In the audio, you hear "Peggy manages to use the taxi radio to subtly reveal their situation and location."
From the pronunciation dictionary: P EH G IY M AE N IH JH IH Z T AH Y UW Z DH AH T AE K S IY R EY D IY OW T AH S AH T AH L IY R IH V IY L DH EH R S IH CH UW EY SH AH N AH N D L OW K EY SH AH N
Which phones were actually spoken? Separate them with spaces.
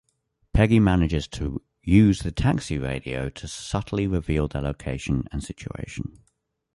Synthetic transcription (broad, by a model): P EH G IY M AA N IH JH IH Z T AH Y UW Z DH AH T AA K S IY R EY D IY OW T AH S AH T AH L IY R IH V IY L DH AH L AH UW EY SH AH N AH N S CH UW EY SH AH N